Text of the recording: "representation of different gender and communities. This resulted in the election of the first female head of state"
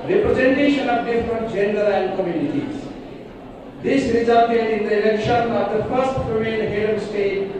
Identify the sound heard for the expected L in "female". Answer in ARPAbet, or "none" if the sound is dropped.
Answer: N